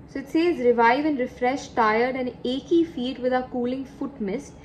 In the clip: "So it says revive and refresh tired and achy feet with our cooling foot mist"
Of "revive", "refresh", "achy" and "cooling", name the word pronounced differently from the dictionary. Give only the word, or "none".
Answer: none